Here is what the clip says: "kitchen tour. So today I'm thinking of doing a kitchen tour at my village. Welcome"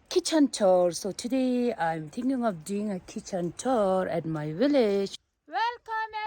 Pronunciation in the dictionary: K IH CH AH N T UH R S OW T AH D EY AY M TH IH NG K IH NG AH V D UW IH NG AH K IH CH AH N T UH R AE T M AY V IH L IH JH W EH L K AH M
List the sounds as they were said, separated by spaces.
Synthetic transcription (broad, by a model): K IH CH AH N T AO R S OW T AH D EY AY M T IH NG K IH NG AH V D UW IH NG AH K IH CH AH N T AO R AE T M AY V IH L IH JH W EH L K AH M